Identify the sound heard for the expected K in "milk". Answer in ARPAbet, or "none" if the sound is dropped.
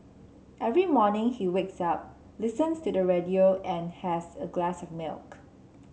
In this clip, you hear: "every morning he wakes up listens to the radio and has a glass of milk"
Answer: K